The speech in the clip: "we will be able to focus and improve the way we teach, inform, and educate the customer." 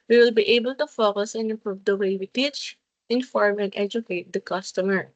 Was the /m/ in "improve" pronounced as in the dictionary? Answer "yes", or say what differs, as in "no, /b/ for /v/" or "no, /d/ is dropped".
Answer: yes